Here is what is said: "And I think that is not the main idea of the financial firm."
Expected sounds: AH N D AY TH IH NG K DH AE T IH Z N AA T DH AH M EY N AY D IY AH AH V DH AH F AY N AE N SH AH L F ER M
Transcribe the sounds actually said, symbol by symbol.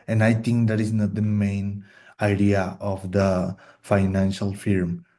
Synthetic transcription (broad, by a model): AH N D AY T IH NG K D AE T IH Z N AA T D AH M EY N AY D IY AH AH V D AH F AY N AE N SH AH L F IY M